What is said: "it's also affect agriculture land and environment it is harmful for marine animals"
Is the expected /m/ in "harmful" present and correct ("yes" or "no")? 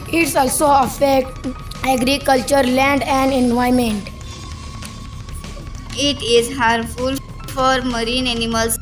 no